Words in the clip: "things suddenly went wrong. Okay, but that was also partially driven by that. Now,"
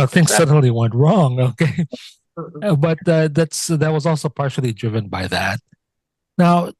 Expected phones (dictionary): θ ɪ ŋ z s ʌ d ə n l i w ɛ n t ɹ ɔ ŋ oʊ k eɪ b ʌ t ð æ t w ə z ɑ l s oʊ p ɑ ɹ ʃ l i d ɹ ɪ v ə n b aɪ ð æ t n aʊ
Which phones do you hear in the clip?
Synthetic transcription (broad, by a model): θ ɪ ŋ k s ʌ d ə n l i w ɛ n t ɹ ɔ ŋ oʊ k eɪ b ʌ t ð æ t w ə z ɑ l s oʊ p ɑ ɹ ʃ l i d ɹ ɪ v ə n b aɪ ð æ t n aʊ